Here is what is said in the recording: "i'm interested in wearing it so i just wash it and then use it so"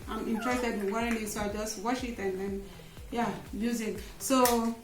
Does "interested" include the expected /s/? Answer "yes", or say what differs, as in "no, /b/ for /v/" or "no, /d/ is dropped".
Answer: no, /s/ is dropped